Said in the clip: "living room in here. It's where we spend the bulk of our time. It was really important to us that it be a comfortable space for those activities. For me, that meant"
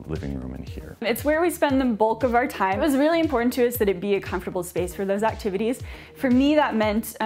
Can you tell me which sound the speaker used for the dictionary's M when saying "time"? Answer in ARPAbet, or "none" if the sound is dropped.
none